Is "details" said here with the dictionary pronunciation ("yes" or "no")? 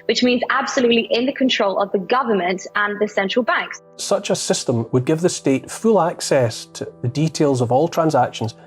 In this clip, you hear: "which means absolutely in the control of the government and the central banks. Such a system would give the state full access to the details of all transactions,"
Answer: yes